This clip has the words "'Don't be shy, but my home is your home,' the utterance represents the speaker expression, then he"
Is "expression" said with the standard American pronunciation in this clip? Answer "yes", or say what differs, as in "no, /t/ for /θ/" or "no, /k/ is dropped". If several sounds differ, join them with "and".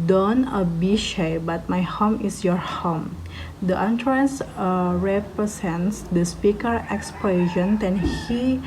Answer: no, /l/ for /ɹ/